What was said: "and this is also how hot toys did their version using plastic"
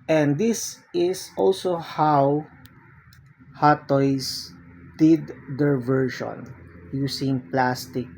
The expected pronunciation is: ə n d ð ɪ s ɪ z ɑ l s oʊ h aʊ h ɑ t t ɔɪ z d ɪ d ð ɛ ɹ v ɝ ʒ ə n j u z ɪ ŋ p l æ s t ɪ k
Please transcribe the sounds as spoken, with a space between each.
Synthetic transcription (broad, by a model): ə n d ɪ s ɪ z ɑ l s oʊ h aʊ h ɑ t t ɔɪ s d ɪ d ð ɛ ɹ v ɝ ʃ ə n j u s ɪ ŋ p l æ s t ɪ k